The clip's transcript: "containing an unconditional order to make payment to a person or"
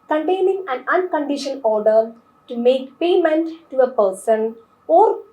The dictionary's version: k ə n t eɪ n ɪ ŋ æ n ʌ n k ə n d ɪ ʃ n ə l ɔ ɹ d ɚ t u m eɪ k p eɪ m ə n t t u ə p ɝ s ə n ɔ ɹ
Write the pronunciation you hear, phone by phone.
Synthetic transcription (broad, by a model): k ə n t eɪ n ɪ ŋ æ n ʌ n k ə n d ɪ ʃ ə n ɔ ɹ d ɚ t u m eɪ k p eɪ m ə n t t u ə p ɝ s ə n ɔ ɹ